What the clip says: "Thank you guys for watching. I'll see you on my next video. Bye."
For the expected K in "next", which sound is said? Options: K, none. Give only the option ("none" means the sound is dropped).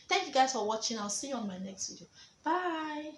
K